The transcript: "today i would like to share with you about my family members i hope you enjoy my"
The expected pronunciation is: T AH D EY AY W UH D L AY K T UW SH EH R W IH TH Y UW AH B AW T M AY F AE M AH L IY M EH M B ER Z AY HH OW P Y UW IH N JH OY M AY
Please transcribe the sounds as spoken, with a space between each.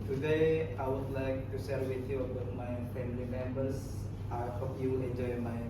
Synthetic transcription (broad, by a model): T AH D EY AY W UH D L AY K T UW S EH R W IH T Y UW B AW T M AY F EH M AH L IY M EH M B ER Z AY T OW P Y UW IH N JH OY M AY